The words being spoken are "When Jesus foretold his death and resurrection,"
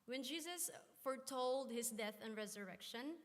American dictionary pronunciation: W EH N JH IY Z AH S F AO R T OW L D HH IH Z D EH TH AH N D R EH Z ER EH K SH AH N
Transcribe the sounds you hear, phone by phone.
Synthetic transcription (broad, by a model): W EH N JH IY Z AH S F AO R T OW L D HH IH S D EH TH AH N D R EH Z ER EH K SH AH N